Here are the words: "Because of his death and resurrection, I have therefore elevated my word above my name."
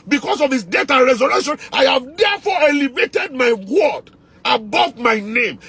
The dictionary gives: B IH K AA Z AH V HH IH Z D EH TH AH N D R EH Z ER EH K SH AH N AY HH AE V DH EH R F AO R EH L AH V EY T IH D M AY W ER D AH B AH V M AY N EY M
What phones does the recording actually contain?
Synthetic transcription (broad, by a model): B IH K AA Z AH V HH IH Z D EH T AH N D R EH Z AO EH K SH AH N AY HH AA V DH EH F AO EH L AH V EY T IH D M AY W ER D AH B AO V M AY N EY M